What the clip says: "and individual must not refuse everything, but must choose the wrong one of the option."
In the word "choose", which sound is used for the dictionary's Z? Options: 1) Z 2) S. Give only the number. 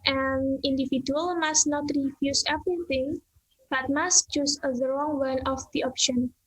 2